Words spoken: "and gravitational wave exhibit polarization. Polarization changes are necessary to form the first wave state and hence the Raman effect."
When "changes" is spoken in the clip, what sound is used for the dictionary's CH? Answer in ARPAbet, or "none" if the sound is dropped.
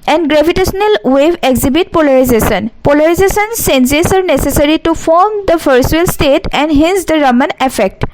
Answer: S